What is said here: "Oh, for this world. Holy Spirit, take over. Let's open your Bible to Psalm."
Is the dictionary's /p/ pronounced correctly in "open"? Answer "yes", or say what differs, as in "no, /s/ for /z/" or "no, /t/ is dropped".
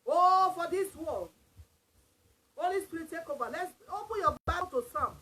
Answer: yes